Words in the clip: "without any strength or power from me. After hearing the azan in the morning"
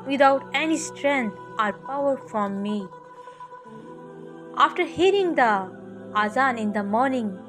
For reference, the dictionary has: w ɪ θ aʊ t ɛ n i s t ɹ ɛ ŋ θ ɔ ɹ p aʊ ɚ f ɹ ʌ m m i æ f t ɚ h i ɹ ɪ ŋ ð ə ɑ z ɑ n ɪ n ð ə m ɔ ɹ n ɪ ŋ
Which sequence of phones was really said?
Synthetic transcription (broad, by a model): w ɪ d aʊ t ɛ n i s t ɹ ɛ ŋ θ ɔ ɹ p aʊ ɚ f ɹ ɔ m m i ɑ f t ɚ h i ɹ ɪ ŋ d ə ɑ z ɑ n ɪ n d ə m ɔ ɹ n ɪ ŋ